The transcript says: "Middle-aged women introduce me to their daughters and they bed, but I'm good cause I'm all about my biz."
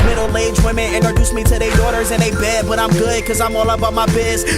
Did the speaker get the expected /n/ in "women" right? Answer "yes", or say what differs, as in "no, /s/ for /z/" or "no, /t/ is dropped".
no, /n/ is dropped